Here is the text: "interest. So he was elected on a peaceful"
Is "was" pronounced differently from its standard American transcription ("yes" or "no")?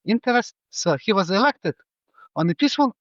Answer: no